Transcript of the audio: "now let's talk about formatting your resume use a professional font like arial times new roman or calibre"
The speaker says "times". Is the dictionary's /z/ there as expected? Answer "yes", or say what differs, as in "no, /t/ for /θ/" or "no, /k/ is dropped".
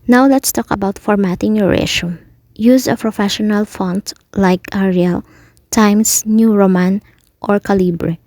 no, /s/ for /z/